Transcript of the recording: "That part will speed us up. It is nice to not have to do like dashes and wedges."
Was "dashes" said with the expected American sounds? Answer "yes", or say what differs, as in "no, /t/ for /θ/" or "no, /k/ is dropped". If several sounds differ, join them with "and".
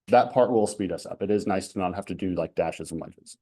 yes